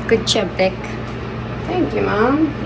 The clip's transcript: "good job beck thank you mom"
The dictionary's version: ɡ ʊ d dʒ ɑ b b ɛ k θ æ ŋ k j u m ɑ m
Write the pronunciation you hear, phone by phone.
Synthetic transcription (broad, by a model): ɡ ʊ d tʃ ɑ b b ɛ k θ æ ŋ k j u m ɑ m